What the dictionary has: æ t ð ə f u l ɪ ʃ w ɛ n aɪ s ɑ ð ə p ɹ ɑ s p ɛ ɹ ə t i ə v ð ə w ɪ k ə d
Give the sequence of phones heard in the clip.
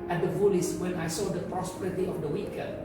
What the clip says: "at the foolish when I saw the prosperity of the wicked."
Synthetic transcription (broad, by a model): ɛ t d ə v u l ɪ s w ɛ n aɪ s ɑ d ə p ɹ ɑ s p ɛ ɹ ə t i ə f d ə w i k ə